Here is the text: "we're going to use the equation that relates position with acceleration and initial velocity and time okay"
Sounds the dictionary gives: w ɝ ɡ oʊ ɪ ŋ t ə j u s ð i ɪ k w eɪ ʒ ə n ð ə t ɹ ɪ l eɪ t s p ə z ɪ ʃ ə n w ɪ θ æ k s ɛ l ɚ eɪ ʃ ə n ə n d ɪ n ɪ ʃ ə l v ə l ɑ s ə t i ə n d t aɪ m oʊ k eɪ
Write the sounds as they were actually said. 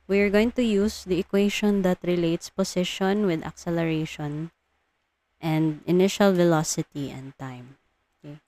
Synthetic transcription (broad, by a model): w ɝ ɡ oʊ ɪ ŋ t ə j u s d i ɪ k w eɪ ʃ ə n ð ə t ɹ ɪ l eɪ t s p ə s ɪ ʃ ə n w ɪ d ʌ k s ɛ l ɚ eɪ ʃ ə n ə n d ɪ n ɪ ʃ ə l v ə l ɑ s ə t i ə n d t aɪ m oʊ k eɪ